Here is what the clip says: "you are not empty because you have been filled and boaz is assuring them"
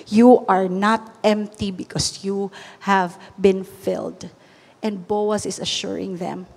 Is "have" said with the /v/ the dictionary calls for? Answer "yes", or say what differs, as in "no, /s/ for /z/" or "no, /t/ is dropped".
yes